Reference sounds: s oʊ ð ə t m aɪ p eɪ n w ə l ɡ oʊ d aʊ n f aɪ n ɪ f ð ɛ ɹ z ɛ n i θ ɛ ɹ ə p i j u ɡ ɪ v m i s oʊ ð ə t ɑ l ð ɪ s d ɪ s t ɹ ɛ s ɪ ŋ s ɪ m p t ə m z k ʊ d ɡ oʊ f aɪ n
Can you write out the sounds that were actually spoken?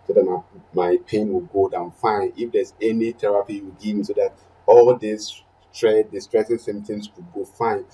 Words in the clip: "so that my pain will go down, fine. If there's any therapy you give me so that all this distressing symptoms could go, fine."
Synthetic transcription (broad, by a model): s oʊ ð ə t m aɪ p eɪ n w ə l ɡ oʊ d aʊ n f aɪ n ɪ f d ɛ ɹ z ɛ n i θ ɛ ɹ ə p i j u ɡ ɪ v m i s oʊ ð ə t ɑ l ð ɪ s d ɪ s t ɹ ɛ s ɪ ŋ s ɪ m t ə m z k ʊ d ɡ oʊ f aɪ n